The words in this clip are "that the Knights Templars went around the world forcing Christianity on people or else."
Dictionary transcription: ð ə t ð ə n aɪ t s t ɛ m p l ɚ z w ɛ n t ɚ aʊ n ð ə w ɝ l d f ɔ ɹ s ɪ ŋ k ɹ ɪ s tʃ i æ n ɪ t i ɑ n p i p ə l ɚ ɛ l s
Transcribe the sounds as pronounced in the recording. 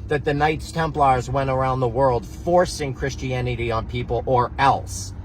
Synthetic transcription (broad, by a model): ð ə t ð ə n aɪ t s t ɛ m p l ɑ z w ɛ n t ɚ aʊ n ð ə w ɝ l d f ɔ ɹ s ɪ ŋ k ɹ ɪ s tʃ i æ n ɪ t i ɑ n p i p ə l ɚ ɛ l s